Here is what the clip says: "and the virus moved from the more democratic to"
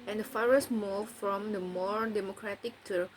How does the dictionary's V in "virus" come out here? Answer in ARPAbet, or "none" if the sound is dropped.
F